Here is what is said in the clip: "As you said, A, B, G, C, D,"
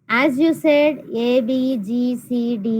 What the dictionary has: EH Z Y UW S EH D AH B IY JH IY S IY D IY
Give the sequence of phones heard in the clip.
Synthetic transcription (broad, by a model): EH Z Y UW S EH D AH B IY JH IY S IY D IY